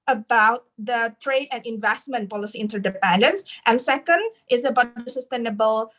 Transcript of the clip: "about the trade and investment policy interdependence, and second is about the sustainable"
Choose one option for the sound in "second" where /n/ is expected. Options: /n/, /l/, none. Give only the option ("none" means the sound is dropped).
/n/